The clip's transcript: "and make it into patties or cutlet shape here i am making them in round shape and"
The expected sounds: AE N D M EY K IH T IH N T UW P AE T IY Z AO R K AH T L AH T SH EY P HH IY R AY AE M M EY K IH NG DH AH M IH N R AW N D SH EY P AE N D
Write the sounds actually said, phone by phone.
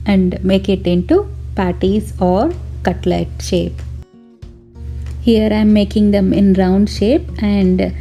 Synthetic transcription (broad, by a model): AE N D M EY K IH T IH N T UW P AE T IY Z AO R K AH T L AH T SH EY P HH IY R AY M M EY K IH NG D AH M IH N R AW N D SH EY P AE N D